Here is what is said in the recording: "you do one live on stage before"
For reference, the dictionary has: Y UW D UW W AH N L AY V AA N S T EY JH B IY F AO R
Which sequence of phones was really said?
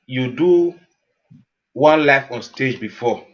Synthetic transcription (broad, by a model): Y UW D UW W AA N L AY F AA N S T EY JH B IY F AO